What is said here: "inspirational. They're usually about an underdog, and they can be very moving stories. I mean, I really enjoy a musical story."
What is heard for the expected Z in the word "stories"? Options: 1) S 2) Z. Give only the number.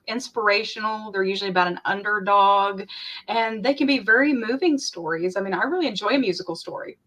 2